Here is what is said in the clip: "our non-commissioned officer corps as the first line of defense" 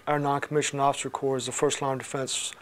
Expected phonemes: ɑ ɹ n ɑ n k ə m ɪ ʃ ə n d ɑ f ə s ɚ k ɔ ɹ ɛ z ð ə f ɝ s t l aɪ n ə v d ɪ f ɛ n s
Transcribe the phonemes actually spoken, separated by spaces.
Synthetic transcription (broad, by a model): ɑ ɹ n ɑ n k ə m ɪ ʃ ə n ɑ f ə s ɚ k ɔ ɹ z ð ə f ɝ s t l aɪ ə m d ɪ f ɛ n s